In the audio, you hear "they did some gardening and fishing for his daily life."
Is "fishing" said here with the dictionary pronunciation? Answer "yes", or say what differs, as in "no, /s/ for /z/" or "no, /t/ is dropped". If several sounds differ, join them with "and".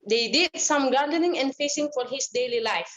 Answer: no, /s/ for /ʃ/